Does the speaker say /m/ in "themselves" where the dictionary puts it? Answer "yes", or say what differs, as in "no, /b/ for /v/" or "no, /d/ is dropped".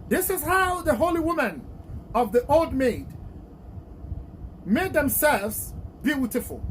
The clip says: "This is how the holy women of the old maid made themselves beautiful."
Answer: yes